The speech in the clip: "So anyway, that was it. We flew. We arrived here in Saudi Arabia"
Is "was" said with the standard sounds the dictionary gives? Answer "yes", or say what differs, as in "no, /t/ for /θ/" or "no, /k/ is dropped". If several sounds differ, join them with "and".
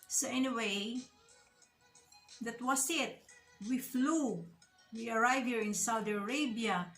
no, /s/ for /z/